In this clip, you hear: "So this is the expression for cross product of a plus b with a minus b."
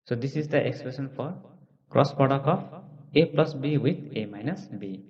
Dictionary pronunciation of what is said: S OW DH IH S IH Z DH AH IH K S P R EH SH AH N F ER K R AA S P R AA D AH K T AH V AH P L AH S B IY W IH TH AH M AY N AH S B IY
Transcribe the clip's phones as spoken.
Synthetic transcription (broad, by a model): S OW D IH S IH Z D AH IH K S P R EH S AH N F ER K R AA S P AA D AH K AH P AH P L AH S B IY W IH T AH M AY N AH S B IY